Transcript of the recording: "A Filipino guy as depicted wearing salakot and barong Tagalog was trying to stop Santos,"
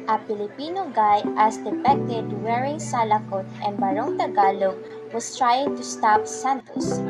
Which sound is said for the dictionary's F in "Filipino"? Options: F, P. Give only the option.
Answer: P